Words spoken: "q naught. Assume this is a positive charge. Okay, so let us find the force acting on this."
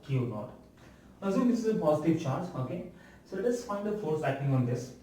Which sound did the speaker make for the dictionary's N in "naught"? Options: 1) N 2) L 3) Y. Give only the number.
2